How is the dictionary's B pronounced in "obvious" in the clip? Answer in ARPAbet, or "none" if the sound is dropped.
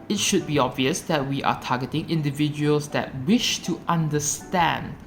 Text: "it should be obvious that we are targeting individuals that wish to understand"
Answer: B